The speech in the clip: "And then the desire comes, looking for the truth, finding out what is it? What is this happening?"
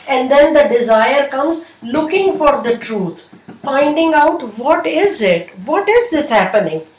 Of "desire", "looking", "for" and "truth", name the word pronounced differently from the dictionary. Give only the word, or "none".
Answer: truth